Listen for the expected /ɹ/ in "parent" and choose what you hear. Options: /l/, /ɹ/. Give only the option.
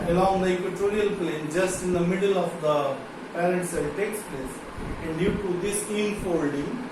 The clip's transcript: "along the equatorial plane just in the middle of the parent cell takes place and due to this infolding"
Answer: /l/